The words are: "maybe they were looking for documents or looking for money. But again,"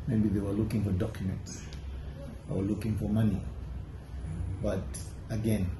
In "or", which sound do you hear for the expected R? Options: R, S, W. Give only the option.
W